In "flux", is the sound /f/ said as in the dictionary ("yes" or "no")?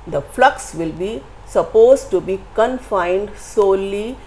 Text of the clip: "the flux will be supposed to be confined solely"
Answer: yes